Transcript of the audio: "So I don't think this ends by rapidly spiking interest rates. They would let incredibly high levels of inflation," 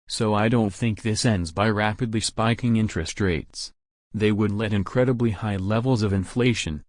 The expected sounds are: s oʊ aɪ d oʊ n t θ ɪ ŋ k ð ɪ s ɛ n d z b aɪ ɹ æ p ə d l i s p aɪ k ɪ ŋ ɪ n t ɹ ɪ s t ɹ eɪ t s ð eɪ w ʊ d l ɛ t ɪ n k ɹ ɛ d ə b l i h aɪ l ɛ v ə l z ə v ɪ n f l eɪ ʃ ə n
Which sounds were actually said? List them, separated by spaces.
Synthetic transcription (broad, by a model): s oʊ aɪ d oʊ n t θ ɪ ŋ k ð ɪ s ɛ n d z b aɪ ɹ æ p ə d l i s p aɪ k ɪ ŋ ɪ n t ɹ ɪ s t ɹ eɪ t s ð eɪ w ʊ d l ɛ t ɪ n k ɹ ɛ d ə b l i h aɪ l ɛ v l z ə v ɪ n f l eɪ ʃ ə n